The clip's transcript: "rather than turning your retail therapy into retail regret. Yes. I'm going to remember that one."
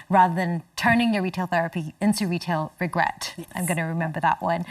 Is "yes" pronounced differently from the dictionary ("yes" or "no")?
yes